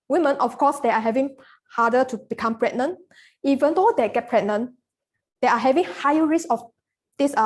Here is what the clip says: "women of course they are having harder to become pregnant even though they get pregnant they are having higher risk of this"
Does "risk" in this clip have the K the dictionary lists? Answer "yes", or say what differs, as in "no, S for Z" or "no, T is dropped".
no, K is dropped